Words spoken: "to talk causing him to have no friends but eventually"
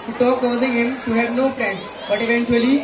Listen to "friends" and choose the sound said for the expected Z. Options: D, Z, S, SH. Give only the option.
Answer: S